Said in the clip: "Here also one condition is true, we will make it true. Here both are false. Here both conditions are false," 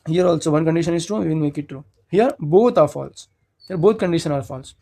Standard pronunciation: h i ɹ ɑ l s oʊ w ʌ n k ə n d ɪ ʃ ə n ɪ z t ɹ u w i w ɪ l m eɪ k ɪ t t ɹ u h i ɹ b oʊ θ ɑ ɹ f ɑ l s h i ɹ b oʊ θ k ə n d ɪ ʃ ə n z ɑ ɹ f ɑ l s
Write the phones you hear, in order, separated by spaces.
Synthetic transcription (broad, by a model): h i ɹ ɑ l s oʊ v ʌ n k ə n d ɪ ʃ ə n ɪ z t ɹ u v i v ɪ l m eɪ k ɪ t t ɹ u h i ɹ b oʊ t ɑ ɹ f ɑ l s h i ɹ b oʊ t k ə n d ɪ ʃ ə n ɑ ɹ f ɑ l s